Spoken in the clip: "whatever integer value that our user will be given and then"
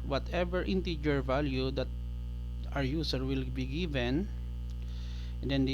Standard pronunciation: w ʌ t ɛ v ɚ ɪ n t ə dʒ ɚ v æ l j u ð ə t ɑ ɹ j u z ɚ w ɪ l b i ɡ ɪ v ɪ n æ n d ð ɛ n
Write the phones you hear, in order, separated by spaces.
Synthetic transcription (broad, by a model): w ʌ t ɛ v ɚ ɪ n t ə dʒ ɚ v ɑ l j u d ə t ɑ ɹ j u s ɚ w ɪ l b i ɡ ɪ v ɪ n n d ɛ n